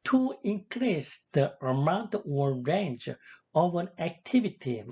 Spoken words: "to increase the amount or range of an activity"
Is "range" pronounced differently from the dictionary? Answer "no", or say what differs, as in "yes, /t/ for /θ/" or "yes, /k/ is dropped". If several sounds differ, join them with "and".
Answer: no